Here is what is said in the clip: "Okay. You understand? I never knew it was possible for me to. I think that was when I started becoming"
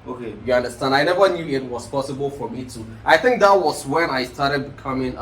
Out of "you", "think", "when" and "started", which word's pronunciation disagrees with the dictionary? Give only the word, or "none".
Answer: none